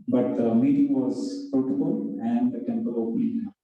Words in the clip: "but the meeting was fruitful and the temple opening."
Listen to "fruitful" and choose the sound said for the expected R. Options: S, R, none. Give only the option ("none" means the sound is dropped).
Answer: none